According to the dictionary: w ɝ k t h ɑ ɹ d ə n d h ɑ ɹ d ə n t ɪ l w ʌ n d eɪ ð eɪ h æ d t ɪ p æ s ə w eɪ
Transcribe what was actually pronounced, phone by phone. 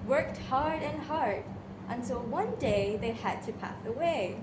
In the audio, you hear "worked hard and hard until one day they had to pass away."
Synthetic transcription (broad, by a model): w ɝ k t h ɑ ɹ d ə n h ɑ ɹ d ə n s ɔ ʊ w ʌ n d eɪ ð eɪ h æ d t ɪ p æ s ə w eɪ